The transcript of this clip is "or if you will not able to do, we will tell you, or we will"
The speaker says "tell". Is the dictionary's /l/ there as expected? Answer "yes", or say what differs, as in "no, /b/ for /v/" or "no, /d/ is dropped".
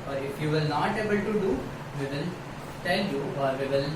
no, /n/ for /l/